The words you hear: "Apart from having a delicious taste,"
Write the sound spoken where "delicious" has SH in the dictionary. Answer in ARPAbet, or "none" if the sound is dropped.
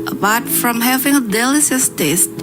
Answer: S